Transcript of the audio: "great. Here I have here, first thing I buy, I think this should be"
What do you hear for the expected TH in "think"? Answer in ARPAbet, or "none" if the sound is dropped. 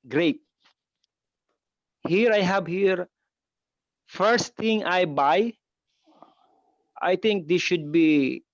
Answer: T